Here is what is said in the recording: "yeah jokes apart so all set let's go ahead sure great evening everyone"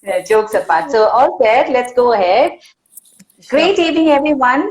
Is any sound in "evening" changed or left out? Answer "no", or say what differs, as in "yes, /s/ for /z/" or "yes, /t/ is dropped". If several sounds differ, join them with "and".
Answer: yes, /n/ is dropped